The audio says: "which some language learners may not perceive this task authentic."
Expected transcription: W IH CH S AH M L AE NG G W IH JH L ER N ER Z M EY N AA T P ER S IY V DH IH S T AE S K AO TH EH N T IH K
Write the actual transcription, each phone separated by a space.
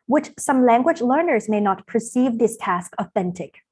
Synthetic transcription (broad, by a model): W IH CH S AH M L AE NG G W IH JH L ER N ER Z M EY N AA T P ER S IY V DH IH S T AE S K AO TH EH N T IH K